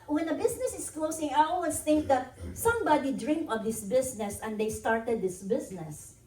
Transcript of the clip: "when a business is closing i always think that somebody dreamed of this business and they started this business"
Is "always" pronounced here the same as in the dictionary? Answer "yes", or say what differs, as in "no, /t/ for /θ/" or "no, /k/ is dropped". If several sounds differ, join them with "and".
no, /s/ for /z/